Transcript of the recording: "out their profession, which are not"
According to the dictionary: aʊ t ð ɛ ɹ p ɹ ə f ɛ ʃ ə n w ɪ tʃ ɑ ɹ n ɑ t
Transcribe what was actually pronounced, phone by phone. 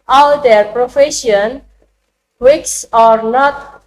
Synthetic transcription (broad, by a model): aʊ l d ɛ ɹ p ɹ ə f ɛ ʃ ə n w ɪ s ɑ ɹ n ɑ t